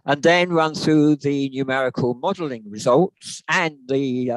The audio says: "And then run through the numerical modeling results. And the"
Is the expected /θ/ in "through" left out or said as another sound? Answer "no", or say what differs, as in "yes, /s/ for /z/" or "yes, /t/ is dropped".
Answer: no